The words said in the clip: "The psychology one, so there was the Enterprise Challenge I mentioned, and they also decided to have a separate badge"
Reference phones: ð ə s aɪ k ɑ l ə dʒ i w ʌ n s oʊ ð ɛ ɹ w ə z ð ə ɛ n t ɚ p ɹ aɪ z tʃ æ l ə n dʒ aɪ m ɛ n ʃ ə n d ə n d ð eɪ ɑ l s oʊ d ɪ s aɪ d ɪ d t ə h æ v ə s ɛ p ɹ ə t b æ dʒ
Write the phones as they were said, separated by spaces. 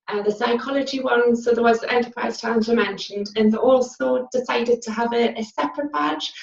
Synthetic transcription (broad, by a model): ð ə s aɪ k ɑ l ə dʒ i w ʌ n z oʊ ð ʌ w ə z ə ɛ n t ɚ p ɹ aɪ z tʃ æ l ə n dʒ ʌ m ɛ n ʃ ə n d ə n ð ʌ ɑ l s oʊ d ɪ s aɪ d ɪ d t ə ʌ v ə s ɛ p ɹ ə t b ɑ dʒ